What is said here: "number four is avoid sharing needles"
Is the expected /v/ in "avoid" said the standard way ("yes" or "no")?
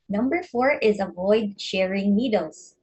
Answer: yes